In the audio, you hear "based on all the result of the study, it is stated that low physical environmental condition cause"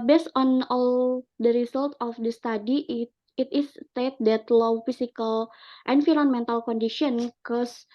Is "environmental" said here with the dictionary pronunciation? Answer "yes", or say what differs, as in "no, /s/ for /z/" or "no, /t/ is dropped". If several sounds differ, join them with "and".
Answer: no, /f/ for /v/